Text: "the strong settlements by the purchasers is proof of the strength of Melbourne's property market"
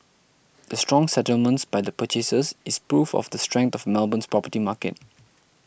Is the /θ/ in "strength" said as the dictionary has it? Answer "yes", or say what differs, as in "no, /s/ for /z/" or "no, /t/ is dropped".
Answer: no, /t/ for /θ/